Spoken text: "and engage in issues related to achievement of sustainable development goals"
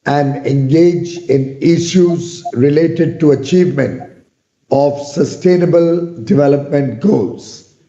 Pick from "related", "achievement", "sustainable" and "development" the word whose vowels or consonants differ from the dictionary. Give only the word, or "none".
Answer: none